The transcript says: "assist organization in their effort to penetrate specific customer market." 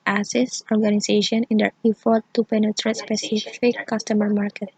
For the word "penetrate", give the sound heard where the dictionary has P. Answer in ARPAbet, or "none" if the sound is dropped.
P